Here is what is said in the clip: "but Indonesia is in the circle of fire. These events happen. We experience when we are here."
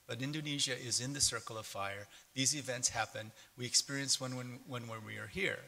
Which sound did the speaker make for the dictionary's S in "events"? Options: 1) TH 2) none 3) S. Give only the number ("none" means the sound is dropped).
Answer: 3